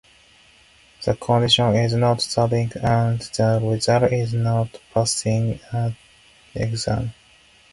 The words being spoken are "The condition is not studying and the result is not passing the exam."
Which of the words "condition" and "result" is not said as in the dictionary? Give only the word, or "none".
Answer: result